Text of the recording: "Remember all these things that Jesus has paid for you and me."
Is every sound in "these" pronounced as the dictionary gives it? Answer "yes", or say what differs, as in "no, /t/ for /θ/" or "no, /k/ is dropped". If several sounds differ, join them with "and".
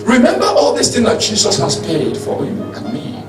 no, /s/ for /z/